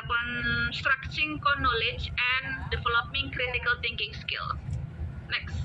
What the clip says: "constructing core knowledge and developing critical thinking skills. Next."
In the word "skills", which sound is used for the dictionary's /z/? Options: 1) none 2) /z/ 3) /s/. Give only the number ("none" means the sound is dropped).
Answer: 1